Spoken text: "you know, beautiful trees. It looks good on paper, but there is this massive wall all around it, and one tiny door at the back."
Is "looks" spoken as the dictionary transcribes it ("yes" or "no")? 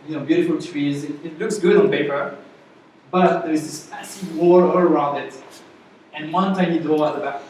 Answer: yes